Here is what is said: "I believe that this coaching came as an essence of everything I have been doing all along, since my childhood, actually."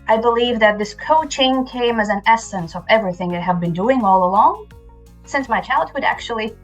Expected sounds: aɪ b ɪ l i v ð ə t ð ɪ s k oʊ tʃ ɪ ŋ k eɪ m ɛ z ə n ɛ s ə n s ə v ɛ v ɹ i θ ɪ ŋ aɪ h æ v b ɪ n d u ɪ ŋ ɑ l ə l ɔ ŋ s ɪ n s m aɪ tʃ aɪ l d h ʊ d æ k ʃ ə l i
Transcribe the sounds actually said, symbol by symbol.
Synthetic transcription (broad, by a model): aɪ b ɪ l i v ð ə t ð ɪ s k oʊ tʃ ɪ ŋ k eɪ m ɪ z ə n ɛ s ə n s ə v ɛ v ɹ i θ ɪ ŋ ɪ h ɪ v b ɪ n d u ɪ ŋ ɑ l ə l ɔ ŋ s ɪ n s m aɪ tʃ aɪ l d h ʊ d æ k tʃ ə l i